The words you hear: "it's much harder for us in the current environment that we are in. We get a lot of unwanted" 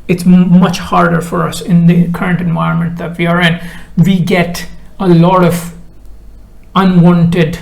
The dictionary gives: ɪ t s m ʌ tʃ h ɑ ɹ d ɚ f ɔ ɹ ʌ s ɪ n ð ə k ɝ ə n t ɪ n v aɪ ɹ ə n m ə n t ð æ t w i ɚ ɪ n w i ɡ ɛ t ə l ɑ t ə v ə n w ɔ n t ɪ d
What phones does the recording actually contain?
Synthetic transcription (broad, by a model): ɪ t s m ʌ tʃ h ɑ ɹ d ɚ f ɔ ɹ ʌ s ɪ n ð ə k ɝ ə n t ɪ n v aɪ ɹ ə n m ə n t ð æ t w i ɚ ɪ n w i ɡ ɛ t ə l ɑ t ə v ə n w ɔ n t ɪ d